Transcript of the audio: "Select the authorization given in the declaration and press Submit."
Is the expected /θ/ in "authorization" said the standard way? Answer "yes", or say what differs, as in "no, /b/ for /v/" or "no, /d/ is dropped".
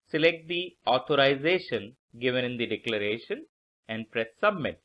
no, /t/ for /θ/